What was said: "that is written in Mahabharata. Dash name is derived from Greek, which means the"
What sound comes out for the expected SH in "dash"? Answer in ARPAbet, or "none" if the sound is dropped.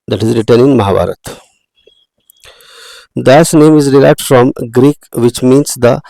S